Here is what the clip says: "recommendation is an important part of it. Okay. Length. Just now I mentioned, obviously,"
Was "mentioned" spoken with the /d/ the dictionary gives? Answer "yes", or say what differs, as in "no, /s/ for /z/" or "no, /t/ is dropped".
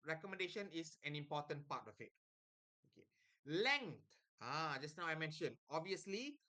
no, /d/ is dropped